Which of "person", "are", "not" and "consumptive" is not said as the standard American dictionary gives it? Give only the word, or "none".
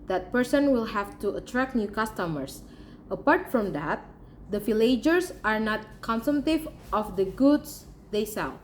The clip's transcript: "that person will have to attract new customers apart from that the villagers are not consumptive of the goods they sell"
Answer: consumptive